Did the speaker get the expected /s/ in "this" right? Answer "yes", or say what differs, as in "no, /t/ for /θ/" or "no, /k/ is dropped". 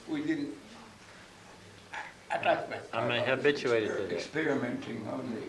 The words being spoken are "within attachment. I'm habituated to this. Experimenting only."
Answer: no, /s/ is dropped